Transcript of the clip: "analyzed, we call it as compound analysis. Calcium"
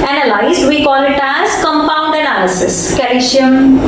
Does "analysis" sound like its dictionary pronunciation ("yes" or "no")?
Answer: yes